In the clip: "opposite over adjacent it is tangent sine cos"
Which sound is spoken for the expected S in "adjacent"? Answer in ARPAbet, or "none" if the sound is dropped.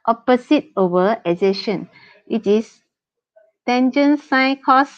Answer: SH